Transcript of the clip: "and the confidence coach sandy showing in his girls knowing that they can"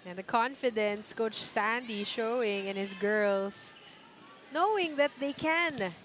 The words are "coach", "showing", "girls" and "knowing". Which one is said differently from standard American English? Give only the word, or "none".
girls